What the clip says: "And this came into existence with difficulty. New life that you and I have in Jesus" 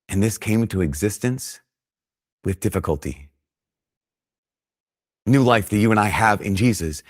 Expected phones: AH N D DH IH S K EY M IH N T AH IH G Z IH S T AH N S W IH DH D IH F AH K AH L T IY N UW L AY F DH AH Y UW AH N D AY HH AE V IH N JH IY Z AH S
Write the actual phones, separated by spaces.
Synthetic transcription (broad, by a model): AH N DH IH S K EY IH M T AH IH G Z IH S T AH N S W IH DH D IH F AH K AH L T IY N UW L AY F DH AH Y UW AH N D AY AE V IH N JH IY Z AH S